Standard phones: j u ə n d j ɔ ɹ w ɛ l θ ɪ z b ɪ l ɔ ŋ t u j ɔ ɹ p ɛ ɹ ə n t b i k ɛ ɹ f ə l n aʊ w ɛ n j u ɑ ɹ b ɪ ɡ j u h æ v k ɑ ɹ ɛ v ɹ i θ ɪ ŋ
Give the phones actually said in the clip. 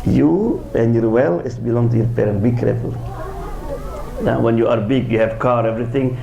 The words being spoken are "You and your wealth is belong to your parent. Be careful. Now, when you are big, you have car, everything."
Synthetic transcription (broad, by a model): j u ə n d j ɔ ɹ w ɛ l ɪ s b ɪ l ɔ ŋ t u j ɔ ɹ p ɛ ɹ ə n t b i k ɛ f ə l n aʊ w ɛ n j u ɑ ɹ b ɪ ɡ j u h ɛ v k ɑ ɹ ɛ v ɹ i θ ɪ ŋ